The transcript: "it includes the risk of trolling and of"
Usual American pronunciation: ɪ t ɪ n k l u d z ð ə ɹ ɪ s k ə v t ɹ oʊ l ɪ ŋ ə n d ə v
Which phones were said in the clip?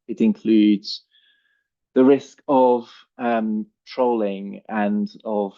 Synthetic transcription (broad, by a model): ɪ t ɪ n k l u d z ð ə ɹ ɪ s k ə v t ɹ oʊ l ɪ ŋ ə n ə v